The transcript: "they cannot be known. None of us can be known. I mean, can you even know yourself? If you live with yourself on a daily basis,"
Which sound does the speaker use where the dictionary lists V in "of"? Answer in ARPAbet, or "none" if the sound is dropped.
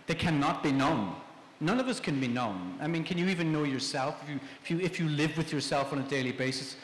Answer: V